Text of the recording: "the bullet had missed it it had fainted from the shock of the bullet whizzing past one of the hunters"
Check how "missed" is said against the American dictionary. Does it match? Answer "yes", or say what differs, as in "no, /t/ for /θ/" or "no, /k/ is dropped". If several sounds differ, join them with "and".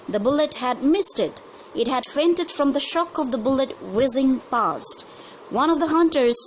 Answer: yes